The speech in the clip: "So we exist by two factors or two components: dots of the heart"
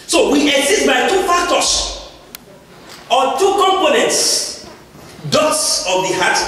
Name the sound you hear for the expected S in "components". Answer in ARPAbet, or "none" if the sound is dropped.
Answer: S